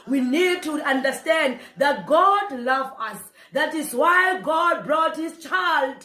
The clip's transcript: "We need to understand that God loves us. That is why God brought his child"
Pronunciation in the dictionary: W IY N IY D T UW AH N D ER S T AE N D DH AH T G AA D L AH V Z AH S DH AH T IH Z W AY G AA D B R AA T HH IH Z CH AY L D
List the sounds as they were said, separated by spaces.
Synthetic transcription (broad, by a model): W IY N IY D T UW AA N D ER S T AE N D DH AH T G AA D L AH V AH S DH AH T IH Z W AY G AA D B R AA T HH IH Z CH AY L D